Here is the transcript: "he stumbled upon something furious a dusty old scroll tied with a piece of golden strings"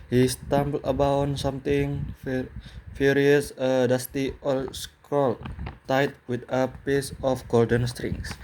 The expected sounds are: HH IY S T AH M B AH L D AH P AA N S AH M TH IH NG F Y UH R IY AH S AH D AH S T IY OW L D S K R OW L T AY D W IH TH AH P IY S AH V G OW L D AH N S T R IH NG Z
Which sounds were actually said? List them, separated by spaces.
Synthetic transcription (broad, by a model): HH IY S T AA M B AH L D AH B AA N S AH M T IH NG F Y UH R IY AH S AH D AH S T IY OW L S K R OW L T AY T W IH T AH P IY S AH F G OW L D AH N S T R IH NG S